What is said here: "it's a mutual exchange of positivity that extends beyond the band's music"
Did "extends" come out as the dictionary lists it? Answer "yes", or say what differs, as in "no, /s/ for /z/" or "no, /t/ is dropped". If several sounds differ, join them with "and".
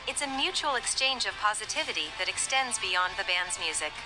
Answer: yes